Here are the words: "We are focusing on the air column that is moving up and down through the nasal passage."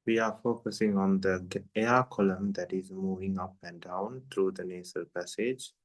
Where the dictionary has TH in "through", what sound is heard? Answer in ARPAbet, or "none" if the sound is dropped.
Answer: T